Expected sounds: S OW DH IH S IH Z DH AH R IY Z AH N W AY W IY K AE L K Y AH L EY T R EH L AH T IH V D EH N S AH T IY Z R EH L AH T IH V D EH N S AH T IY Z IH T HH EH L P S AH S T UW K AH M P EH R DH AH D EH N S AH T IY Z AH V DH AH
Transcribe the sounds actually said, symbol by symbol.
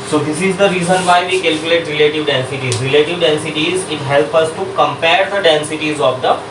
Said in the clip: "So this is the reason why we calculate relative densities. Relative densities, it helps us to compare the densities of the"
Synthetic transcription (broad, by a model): S OW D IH S IH Z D AH R IY Z AH N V AY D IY K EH L K Y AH L EY T R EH L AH T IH V D EH N S AH T IY Z R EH L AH T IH V D EH N S AH T IY Z IH T HH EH L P AH S T UW K AH M P EH R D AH D EH N S AH T IY Z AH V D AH